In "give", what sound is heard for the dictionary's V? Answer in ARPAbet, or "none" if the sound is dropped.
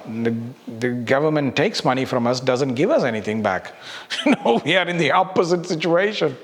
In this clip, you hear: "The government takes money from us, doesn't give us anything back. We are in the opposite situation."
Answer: V